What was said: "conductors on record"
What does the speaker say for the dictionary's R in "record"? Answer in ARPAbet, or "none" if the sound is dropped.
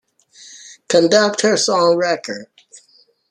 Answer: R